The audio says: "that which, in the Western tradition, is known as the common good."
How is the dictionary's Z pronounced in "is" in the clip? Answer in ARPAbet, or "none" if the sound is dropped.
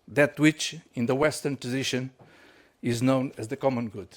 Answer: Z